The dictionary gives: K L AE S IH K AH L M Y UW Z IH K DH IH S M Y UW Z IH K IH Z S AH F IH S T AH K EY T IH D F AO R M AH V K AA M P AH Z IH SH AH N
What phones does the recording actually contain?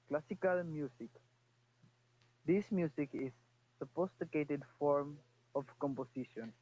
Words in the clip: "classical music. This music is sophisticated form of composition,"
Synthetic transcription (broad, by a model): K L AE S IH K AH L M Y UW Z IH K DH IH S M Y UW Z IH K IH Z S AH P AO S T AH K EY T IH D F AO R M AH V K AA M P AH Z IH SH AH N